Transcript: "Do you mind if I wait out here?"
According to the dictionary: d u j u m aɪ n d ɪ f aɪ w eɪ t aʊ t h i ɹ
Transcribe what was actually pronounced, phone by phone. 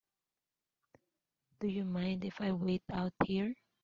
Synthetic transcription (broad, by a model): d u j u m aɪ n d ɪ f aɪ w eɪ t aʊ t h i ɹ